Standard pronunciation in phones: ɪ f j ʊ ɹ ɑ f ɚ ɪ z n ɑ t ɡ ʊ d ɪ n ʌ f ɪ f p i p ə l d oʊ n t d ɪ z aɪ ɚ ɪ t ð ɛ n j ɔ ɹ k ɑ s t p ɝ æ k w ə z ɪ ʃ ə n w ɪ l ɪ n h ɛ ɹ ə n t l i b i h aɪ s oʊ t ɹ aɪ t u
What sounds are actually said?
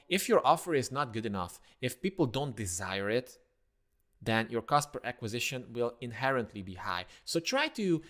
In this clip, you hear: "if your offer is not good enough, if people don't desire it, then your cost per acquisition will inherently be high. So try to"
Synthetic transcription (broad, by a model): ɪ f j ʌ ɹ ɑ f ɚ ɪ z n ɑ t ɡ ʊ d ɪ n ʌ f ɪ f p i p l d oʊ n t d ɪ z aɪ ɚ ɪ t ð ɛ n j ɔ ɹ k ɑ s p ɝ æ k w ə z ɪ ʃ ə n w ɪ l ɪ n h ɛ ɹ ə n t l i b i h aɪ s oʊ t ɹ aɪ t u